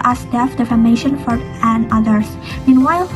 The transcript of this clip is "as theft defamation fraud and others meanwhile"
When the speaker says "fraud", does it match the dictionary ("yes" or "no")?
no